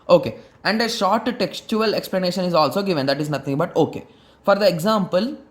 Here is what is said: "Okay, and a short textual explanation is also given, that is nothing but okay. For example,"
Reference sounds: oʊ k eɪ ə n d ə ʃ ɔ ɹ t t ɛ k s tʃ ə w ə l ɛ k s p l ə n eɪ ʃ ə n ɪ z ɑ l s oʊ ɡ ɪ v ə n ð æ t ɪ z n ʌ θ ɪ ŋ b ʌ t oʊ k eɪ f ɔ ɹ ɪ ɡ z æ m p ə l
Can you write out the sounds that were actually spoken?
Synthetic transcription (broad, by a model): oʊ k eɪ ə n d ə ʃ ɔ ɹ t t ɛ k s tʃ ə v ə l ɛ k s p l ə n eɪ ʃ ə n ɪ z ɑ l s oʊ ɡ ɪ v ə n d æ t ɪ z n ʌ t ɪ ŋ b ʌ t oʊ k eɪ f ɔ ɹ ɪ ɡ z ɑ m p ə l